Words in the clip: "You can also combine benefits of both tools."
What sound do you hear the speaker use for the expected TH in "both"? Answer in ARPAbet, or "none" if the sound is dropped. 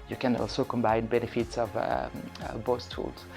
S